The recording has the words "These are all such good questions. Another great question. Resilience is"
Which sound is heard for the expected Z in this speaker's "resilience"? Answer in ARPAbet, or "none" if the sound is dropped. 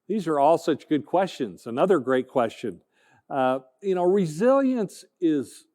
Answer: Z